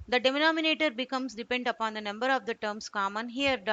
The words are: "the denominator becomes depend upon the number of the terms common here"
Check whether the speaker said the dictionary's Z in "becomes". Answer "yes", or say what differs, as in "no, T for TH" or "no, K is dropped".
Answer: no, S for Z